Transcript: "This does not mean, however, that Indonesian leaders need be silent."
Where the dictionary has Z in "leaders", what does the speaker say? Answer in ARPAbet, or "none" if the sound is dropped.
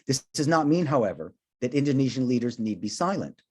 Z